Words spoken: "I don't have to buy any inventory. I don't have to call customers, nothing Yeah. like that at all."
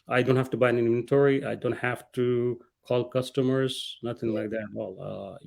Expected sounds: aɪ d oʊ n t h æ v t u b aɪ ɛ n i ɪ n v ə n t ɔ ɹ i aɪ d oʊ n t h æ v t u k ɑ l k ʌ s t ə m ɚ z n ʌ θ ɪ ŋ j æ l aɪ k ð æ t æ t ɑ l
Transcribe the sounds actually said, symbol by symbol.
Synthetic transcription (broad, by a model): aɪ d oʊ n t h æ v t u b aɪ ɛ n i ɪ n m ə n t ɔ ɹ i aɪ d oʊ n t h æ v t u k ɑ l k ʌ s t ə m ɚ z n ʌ t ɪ ŋ l aɪ k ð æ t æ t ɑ l